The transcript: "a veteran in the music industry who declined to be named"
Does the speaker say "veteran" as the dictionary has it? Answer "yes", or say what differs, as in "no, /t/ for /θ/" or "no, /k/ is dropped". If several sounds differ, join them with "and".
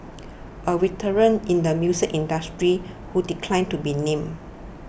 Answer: no, /w/ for /v/